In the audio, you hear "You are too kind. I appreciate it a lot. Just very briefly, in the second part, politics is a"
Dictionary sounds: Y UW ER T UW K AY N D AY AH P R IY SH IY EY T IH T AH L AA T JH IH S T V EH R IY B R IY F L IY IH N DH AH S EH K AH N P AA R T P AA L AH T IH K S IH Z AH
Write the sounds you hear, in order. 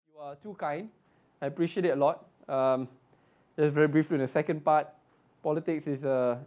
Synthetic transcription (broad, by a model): Y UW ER T UW K AY N D AY AH P R IY SH IY EY T IH T AH L AA T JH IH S V EH R IY B R IY F L IY IH N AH S EH K AH N P AA T P AA L AH T IH K S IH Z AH